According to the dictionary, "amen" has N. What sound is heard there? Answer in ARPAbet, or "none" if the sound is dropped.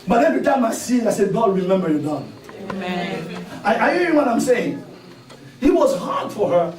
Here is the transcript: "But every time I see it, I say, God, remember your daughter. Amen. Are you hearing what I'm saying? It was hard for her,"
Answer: none